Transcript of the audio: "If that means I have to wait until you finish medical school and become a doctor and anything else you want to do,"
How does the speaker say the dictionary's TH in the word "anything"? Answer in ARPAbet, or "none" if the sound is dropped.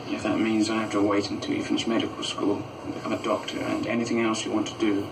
TH